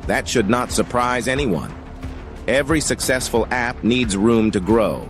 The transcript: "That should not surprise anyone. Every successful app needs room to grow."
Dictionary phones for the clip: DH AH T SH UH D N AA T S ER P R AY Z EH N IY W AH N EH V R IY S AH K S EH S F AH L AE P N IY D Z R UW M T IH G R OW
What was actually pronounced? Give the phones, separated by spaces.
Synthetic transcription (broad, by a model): DH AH T SH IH D N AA T S ER P R AY Z EH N IY W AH N EH V R IY S AH K S EH S F AH L AE P N IY D Z R UW M T IH G R OW